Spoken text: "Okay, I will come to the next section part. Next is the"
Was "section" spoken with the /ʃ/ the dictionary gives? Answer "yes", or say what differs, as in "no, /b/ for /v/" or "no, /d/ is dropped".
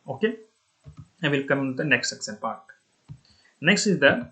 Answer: no, /s/ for /ʃ/